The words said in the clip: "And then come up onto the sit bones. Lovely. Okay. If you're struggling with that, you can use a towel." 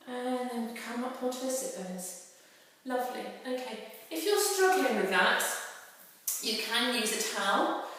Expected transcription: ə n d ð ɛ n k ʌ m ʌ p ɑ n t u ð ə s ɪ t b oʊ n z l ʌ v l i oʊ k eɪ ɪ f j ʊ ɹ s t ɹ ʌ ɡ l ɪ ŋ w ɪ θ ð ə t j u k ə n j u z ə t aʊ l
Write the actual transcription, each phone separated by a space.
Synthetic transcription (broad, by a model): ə n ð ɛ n k ʌ m ʌ p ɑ t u s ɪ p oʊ n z l ʌ v l i oʊ k eɪ ɪ f j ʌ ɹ s t ɹ ʌ ɡ l ɪ ŋ w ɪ ð ə t j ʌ k ə n j u z ə t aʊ l